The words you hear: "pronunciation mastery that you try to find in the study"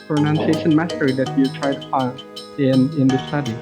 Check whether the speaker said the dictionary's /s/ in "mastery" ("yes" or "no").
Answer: no